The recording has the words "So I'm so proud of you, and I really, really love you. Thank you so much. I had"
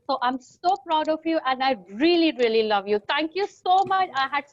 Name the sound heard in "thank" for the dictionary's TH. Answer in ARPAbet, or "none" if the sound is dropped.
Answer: T